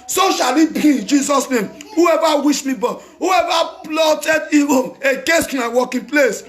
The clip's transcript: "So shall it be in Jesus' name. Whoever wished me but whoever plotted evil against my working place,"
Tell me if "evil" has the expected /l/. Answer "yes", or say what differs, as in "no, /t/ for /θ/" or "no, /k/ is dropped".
no, /n/ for /l/